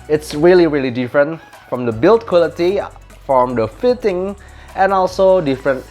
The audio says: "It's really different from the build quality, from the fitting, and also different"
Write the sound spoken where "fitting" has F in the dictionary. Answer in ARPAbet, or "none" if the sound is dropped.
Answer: F